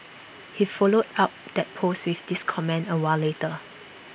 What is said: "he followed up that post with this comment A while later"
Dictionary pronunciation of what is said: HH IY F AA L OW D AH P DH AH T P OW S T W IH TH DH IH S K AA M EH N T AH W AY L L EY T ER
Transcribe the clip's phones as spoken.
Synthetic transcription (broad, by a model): HH IY F AA L OW D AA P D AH T P OW S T W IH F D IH S K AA M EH N AH W AY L L EY T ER